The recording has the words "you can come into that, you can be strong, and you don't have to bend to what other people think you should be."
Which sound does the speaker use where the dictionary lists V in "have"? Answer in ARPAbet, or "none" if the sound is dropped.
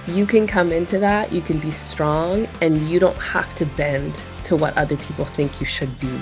F